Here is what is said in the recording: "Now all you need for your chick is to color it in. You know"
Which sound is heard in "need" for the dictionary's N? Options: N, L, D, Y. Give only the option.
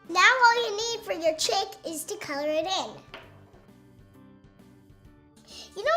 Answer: N